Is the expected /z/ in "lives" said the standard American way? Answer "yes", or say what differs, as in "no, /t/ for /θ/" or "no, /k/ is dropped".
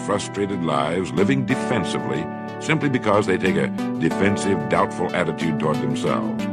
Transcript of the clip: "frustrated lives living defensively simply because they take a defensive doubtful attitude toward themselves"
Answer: yes